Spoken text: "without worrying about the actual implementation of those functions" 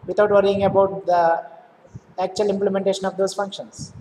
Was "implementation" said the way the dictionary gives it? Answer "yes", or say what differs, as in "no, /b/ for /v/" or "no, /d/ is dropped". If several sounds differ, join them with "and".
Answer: yes